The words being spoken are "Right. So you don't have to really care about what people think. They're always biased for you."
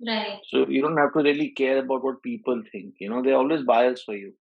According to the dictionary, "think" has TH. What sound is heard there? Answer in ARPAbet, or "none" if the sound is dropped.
T